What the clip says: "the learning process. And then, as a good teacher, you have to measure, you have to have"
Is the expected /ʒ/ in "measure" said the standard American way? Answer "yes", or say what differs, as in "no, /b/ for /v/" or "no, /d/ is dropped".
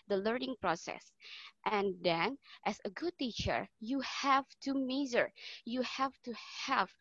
no, /z/ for /ʒ/